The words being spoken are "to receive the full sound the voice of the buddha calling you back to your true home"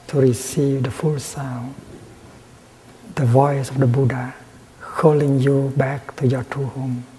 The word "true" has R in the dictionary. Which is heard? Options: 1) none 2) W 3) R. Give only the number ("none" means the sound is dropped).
1